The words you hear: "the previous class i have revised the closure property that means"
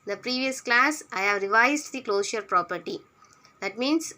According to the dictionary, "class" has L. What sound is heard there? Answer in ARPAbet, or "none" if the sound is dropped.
L